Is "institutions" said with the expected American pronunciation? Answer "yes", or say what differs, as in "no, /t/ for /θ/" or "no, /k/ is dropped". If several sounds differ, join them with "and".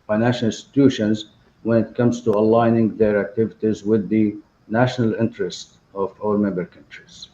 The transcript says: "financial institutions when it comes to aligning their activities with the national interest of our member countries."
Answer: yes